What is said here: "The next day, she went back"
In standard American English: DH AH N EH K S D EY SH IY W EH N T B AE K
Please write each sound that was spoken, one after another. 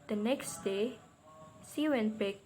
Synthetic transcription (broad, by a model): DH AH N EH K S D EY S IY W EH N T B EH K